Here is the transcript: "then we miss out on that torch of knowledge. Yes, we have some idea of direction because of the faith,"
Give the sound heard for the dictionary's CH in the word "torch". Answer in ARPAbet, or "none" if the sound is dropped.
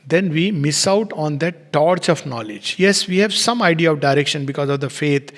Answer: CH